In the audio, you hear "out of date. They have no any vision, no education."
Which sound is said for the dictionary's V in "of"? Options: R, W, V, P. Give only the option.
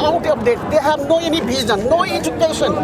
P